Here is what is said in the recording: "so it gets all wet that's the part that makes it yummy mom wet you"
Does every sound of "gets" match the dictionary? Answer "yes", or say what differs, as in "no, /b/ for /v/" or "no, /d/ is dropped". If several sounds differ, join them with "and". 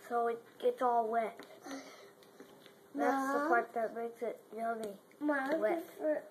no, /s/ is dropped